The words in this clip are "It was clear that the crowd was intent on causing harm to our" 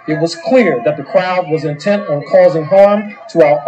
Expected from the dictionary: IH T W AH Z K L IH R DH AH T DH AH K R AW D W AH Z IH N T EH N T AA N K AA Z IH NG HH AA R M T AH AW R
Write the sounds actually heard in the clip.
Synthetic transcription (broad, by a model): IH T W AH Z K L IH R DH AH T DH AH K R AW D W AH Z IH N T EH N T N K AA Z IH NG HH AA R M T AH AW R